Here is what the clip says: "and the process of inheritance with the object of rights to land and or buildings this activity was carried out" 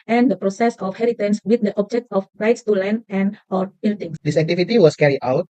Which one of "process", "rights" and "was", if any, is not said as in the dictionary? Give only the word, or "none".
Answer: was